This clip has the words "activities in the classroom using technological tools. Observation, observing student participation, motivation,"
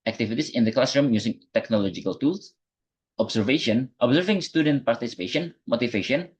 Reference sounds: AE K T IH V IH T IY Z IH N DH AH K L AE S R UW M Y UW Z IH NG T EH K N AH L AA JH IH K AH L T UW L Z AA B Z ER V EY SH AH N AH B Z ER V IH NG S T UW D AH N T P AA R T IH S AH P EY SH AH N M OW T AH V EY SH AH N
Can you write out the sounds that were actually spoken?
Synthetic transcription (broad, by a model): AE K T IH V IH T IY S IH N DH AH K L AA S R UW M Y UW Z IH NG T EH K N AH L AA JH IH K AH L T UW L S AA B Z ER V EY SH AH N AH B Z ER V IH NG S T UW D AH N T P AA R T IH S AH P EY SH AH N M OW T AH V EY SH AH N